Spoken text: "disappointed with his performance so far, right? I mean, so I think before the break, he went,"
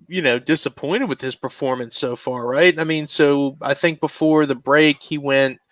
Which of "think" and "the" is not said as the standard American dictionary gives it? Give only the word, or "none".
none